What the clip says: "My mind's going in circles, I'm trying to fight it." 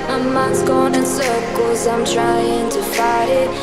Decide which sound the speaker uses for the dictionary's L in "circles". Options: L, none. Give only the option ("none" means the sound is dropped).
none